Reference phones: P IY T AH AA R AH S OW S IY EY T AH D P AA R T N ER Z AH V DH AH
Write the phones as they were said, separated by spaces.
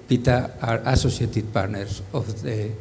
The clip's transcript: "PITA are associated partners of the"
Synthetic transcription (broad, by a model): P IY T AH AA R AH S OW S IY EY T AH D P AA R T N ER S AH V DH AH